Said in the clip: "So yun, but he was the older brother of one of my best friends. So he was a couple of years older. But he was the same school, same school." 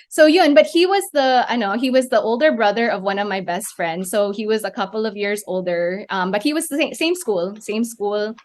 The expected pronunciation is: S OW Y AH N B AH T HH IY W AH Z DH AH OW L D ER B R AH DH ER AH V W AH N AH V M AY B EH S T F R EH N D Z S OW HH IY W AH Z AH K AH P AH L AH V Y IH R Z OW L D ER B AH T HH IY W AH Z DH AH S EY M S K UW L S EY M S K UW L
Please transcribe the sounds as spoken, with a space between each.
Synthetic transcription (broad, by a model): S OW Y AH N B AH T HH IY W AH Z DH AH OW L D ER B R AH DH ER AH V W AH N AH V M AY B EH S T F R EH N D Z S OW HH IY W AH Z AH K AH P L AH V Y IH R Z OW L D ER B AH T HH IY W AH Z DH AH S EY M S K UW L S EY M S K UW L